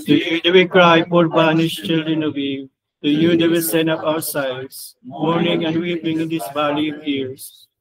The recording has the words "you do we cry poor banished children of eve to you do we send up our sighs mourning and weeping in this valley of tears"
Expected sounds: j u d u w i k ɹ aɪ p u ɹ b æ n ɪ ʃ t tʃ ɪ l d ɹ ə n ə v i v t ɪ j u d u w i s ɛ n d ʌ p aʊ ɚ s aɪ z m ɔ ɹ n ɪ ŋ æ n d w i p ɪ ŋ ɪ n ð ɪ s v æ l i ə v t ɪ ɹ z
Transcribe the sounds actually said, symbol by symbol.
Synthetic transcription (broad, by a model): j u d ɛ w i k ɹ aɪ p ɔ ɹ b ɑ n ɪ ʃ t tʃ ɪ l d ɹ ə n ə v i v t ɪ j u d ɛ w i s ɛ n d ʌ p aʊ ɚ s aɪ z m ɔ ɹ n ɪ ŋ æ n d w i p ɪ ŋ ɪ n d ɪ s b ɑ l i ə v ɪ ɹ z